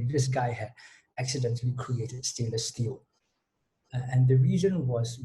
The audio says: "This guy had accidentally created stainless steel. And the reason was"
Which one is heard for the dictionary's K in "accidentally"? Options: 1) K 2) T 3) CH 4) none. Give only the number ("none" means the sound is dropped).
1